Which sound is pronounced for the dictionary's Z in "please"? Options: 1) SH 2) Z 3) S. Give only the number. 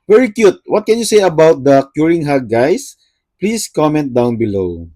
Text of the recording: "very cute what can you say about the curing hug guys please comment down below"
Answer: 3